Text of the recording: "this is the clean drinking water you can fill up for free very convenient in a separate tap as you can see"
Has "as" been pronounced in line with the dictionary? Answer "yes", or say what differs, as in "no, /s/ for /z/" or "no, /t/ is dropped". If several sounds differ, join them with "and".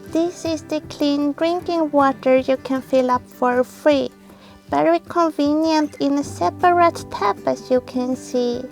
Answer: no, /s/ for /z/